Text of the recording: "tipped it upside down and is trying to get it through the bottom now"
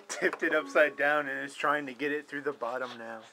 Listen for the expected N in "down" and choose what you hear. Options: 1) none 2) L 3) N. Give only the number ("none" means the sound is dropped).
3